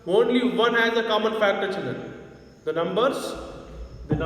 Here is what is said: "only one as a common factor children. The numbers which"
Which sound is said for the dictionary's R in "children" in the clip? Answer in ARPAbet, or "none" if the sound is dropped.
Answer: none